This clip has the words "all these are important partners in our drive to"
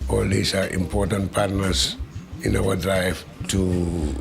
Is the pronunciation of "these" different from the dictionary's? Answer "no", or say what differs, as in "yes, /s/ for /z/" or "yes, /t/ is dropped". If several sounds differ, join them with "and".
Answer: yes, /s/ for /z/